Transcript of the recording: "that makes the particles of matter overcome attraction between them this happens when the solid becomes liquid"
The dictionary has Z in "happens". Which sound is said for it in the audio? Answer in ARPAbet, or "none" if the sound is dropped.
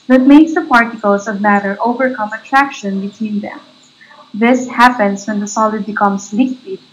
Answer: S